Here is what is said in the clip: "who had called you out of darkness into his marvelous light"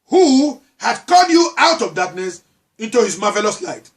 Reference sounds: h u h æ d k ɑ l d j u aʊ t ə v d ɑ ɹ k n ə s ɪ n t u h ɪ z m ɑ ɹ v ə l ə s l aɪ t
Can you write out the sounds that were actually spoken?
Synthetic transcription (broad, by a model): h u h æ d k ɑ d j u aʊ t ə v d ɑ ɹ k n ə s ɪ n t u h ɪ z m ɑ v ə l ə s l aɪ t